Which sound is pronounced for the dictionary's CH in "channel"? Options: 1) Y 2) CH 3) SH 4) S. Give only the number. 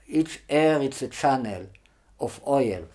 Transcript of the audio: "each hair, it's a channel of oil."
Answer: 2